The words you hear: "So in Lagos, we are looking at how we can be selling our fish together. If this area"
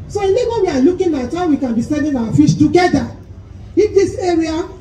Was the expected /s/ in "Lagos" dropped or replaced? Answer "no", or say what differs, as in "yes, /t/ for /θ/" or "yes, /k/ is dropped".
yes, /s/ is dropped